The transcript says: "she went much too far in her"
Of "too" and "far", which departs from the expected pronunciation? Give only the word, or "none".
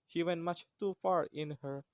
none